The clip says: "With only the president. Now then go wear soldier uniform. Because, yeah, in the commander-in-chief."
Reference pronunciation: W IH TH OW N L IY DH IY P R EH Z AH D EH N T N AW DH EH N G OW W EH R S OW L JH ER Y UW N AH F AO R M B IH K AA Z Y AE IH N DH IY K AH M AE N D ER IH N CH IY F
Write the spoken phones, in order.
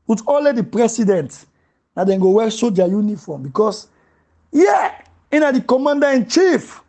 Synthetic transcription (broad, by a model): W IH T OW L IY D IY P R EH S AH D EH N T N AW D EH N G OW W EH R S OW JH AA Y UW N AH F AO M B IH K AA S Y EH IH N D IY K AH M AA N D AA IH N CH IY F